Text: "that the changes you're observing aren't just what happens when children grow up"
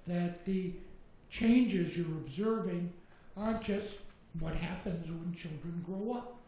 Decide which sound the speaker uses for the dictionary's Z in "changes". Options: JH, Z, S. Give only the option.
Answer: Z